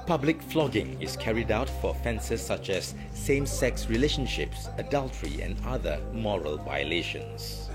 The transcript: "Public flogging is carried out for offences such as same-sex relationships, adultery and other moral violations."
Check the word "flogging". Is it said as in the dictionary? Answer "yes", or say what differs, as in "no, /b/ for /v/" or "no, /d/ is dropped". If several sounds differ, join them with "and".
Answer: yes